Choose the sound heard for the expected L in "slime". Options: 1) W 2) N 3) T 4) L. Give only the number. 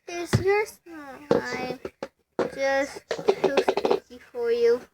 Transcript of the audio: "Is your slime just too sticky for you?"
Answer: 2